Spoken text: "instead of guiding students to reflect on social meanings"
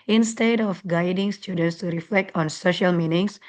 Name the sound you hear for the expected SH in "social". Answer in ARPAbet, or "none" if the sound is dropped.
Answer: SH